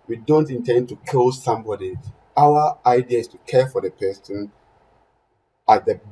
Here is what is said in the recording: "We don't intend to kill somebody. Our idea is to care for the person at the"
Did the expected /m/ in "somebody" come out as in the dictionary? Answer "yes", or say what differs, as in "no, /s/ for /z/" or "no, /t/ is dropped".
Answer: yes